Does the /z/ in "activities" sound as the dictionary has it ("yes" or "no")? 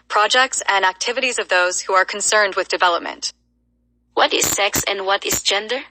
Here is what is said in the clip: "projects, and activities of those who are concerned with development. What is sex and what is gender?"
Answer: yes